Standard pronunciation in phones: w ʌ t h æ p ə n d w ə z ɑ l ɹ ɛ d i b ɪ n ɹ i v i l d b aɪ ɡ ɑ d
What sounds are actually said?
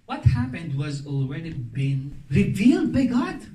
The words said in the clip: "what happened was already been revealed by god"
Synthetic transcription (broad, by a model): w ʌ t h æ p ə n d w ə z ɑ l ɹ ɛ d i b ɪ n ɹ i v i l d b aɪ ɡ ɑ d